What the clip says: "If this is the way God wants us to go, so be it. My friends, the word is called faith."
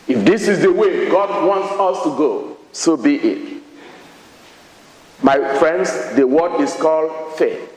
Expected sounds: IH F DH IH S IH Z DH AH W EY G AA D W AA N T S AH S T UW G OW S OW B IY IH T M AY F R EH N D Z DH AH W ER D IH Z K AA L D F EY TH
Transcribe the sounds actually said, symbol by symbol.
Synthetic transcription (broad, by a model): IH F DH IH S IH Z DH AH W EY G AA D W AA N T S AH S T UW G OW S OW B IY IH T M AY F R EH N D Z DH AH W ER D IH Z K AA L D F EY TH